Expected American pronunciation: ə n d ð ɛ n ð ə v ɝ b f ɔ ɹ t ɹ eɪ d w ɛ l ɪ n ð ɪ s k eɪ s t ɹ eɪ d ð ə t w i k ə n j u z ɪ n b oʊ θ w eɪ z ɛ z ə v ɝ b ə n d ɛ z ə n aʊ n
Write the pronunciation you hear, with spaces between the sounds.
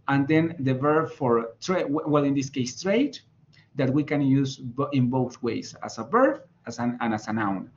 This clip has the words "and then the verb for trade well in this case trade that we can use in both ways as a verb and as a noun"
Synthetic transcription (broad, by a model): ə n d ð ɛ n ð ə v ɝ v f ɔ ɹ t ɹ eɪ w w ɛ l ɪ n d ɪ s k eɪ s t ɹ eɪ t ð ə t w i k ə n j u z ɪ n b oʊ θ w eɪ s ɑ s ə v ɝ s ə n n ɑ s ə n aʊ n